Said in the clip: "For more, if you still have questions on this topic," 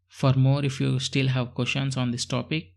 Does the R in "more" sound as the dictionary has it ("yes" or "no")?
yes